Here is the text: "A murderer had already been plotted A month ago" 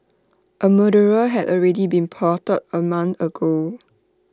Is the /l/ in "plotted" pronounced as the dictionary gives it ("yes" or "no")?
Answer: no